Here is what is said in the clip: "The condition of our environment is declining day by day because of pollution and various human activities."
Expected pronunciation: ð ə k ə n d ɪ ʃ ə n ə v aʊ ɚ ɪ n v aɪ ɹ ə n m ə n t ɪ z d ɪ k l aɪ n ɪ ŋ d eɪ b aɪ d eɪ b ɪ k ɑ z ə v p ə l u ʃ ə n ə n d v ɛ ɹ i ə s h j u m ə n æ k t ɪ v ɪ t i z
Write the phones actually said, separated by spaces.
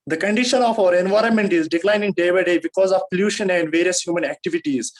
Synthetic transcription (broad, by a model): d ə k ə n d ɪ ʃ ə n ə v aʊ ɚ ɪ n v aɪ ɹ ə n m ə n t ɪ z d ɪ k l aɪ n ɪ ŋ d eɪ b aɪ d eɪ b ɪ k ɑ z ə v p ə l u ʃ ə n ə n d v ɛ ɹ i ə s h j u m ə n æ k t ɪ v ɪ t i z